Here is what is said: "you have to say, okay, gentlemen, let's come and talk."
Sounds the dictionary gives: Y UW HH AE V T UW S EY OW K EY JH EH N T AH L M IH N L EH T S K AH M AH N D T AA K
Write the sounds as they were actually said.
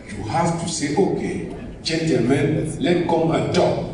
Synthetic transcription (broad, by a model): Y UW HH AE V T UW S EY OW K EY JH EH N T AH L M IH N L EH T K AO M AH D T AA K